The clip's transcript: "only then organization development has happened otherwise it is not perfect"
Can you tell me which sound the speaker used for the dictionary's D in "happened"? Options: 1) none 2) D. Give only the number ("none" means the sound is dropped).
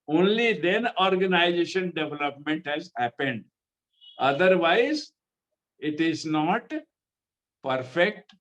2